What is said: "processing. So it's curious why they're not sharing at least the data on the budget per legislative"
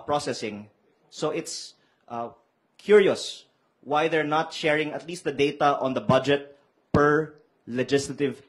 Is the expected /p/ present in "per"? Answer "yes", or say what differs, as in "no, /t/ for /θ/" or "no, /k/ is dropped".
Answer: yes